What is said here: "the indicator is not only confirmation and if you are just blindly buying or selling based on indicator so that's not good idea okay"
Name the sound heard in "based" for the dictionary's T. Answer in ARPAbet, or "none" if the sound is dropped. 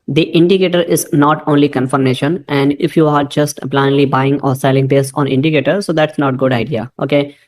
none